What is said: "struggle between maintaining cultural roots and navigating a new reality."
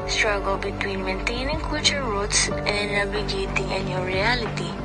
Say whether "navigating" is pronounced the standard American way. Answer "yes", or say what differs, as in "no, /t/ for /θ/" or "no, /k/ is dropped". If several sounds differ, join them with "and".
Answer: no, /b/ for /v/